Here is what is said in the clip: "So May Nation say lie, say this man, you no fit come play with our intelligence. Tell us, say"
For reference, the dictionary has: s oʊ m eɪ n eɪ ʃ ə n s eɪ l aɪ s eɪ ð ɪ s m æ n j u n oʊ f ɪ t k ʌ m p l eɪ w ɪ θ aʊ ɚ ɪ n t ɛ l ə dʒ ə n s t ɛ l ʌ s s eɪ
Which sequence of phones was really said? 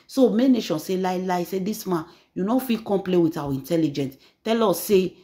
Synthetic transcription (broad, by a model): s oʊ m eɪ n eɪ ʃ ə n s eɪ l aɪ s eɪ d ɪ s m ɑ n j u n oʊ f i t k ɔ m p l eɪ w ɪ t aʊ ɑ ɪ n t ɛ l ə dʒ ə n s t ɛ l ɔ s s eɪ